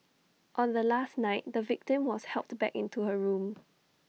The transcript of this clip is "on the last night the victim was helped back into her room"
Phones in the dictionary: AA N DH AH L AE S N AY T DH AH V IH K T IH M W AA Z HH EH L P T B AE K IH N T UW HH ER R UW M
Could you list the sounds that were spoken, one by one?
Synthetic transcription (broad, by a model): AA N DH AH L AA S N AY T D AH V IH K T IH M W AA S HH EH L P T B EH K IH N T UW HH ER R UW M